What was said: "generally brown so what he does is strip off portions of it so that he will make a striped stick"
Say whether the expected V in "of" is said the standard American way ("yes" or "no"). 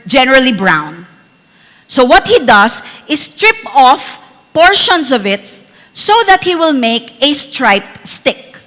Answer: yes